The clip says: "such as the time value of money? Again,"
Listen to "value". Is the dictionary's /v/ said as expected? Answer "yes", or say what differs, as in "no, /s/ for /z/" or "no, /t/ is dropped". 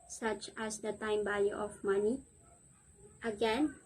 no, /b/ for /v/